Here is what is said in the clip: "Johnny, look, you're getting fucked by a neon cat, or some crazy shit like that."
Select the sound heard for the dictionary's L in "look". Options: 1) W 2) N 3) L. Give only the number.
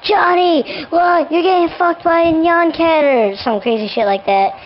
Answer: 1